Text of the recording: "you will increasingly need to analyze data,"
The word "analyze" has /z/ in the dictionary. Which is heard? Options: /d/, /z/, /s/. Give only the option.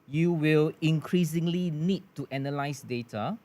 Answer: /s/